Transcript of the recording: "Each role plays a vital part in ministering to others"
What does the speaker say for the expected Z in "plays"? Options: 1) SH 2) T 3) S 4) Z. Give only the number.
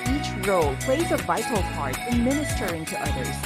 4